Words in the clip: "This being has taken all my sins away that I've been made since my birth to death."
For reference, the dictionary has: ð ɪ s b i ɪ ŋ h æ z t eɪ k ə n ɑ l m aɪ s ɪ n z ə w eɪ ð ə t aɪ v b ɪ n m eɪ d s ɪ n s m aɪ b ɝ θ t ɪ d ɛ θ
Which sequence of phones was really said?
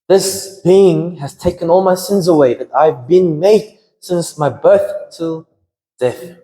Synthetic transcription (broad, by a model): ð ɪ s b i ɪ ŋ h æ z t eɪ k ə n ɑ l m aɪ s ɪ n z ə w eɪ ð ə t aɪ v b ɪ n m eɪ d s ɪ n s m aɪ b ɝ θ t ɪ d ɛ θ